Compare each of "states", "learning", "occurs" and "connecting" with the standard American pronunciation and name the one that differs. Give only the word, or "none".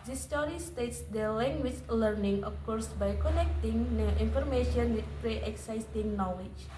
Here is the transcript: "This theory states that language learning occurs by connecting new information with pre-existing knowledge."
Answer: occurs